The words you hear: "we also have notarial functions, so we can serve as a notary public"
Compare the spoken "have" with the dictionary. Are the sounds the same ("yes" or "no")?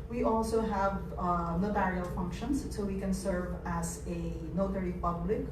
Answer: yes